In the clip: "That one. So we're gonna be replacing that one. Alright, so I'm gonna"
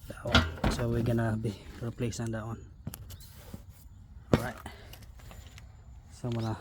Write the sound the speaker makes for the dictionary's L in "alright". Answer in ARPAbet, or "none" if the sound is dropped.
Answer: none